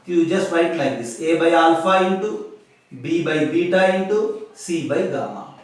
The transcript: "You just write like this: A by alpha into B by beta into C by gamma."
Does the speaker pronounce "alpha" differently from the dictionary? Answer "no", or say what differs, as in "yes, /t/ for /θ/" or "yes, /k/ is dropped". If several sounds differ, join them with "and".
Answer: yes, /n/ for /l/